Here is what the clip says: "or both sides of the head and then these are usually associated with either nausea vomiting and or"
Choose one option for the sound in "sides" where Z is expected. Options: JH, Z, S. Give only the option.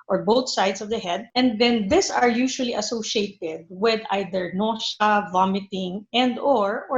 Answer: S